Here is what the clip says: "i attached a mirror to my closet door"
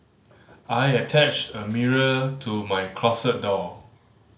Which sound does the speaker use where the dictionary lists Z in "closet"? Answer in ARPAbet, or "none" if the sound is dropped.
S